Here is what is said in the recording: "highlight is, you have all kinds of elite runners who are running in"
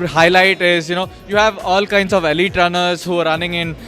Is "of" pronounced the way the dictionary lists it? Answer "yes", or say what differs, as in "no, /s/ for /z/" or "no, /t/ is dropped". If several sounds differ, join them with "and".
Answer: yes